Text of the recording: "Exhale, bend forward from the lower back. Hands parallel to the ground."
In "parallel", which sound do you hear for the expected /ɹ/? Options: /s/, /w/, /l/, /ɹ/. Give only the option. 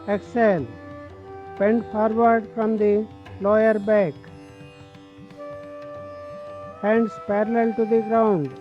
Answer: /ɹ/